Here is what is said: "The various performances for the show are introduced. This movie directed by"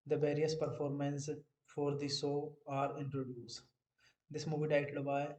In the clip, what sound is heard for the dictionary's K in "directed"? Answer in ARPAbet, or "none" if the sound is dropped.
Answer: none